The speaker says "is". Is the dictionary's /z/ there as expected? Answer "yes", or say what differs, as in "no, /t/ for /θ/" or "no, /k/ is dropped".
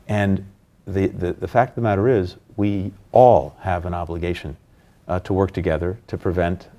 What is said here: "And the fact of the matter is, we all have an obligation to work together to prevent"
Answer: yes